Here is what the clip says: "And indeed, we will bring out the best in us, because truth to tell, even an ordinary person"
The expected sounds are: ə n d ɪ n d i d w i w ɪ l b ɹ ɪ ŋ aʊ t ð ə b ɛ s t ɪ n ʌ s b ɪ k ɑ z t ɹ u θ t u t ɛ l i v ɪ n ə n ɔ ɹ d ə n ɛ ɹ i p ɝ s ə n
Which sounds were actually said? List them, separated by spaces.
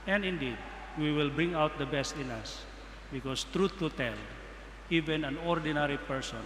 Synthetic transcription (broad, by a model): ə n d ɪ n d i d w i w ɪ l b ɹ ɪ ŋ aʊ t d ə b ɛ s t ɪ n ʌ s b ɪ k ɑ s t ɹ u t u t ɛ l i v ɪ n ə n ɔ ɹ d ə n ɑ ɹ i p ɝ s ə n